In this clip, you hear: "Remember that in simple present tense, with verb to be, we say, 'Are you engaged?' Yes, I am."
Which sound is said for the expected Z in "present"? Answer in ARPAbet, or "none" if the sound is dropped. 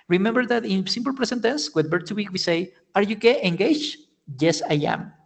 S